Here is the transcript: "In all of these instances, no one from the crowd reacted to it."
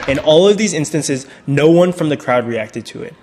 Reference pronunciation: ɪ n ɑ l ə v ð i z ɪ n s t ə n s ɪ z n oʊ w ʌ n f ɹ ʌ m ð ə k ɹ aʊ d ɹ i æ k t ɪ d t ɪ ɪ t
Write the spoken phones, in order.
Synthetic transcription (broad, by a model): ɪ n ɑ l ə v ð i z ɪ n s t ə n s ɪ z n oʊ w ʌ n f ɹ ʌ m ð ə k ɹ aʊ d ɹ i æ k t ɪ d t ɪ ɪ t